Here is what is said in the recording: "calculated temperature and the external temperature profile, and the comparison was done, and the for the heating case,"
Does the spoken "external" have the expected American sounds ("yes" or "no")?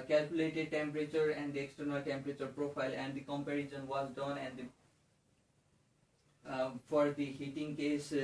yes